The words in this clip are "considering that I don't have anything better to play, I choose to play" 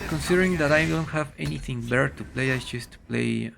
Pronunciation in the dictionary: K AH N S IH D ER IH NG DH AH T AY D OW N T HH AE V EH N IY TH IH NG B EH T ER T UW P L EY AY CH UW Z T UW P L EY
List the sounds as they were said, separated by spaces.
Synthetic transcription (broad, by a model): K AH N S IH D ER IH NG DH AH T AY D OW N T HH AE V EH N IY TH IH NG B EH T ER T UW P L EY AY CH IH S T UW P L EY